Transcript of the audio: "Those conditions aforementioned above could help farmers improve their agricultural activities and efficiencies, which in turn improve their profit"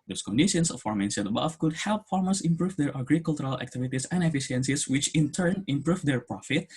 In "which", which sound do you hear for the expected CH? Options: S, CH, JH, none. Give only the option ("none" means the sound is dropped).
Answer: CH